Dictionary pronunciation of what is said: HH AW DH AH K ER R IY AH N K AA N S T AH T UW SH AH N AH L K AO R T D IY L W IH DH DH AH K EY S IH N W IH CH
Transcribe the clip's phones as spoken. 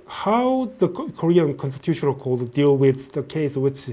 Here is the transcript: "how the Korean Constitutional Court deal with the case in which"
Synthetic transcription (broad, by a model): HH AW DH AH K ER R IY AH N K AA N S T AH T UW SH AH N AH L K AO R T D IY L W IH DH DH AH K EY IH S W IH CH